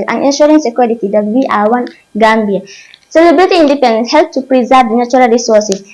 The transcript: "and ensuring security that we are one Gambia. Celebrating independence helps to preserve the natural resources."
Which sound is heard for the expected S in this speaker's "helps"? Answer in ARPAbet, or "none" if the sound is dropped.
none